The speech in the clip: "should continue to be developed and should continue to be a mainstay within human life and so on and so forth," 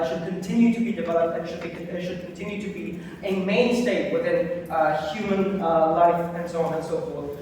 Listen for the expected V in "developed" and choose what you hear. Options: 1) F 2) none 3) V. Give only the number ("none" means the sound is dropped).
3